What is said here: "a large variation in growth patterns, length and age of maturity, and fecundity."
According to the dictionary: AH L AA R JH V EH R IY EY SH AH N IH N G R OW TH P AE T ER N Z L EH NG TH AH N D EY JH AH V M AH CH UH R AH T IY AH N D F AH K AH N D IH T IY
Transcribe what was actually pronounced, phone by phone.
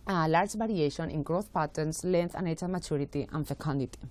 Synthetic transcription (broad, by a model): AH L AA R JH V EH R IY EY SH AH N IH N G R OW T P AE T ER N S L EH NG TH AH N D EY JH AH M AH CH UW R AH T IY AH N D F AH K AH N D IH T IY